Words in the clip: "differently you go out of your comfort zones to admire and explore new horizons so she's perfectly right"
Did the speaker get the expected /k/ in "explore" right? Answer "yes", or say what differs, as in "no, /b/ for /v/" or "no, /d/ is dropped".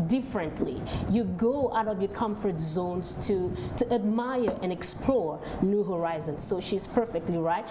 yes